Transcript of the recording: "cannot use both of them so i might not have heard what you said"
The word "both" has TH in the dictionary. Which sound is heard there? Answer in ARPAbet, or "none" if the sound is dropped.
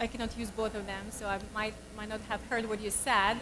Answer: TH